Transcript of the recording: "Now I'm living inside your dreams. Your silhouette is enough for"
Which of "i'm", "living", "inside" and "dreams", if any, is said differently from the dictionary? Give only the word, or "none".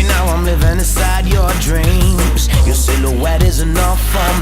none